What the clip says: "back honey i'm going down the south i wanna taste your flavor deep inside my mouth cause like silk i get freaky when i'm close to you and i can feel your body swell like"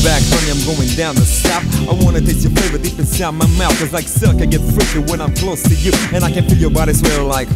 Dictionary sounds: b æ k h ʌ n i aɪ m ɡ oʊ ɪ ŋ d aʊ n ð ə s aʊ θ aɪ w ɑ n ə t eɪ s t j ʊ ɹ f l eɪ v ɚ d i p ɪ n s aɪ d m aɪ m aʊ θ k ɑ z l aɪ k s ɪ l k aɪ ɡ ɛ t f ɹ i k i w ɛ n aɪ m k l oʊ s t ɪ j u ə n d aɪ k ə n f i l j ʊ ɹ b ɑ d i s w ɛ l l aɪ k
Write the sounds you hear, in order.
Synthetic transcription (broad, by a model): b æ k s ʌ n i aɪ m ɡ oʊ ɪ ŋ d aʊ n ð ə s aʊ f aɪ w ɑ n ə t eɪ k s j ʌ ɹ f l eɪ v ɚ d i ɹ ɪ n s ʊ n m aɪ m aʊ θ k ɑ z l aɪ k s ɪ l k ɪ ɡ ɛ t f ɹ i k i w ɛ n aɪ m k l oʊ s t ɪ j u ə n aɪ k ə n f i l j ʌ ɹ b ɑ d i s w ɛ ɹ l aɪ k